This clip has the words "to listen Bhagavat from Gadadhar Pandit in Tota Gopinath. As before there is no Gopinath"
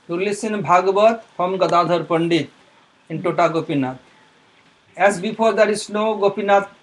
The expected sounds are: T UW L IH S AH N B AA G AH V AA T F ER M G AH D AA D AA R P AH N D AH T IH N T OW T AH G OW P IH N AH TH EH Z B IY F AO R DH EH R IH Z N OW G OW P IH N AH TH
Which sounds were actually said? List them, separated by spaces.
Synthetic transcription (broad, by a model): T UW L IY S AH N B AA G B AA T P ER M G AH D AA D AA R P AH N D AH T IH N T OW T AH G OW P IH N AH T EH S B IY P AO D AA R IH S N OW G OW P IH N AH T